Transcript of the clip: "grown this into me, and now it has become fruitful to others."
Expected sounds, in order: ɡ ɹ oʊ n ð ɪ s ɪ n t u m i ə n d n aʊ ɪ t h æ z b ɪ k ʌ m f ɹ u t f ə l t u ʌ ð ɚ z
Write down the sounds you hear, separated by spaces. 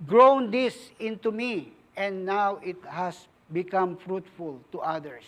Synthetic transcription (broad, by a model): ɡ ɹ oʊ n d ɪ s ɪ n t u m i ə n d n aʊ ɪ t h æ s b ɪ k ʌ m f ɹ u t f ə l t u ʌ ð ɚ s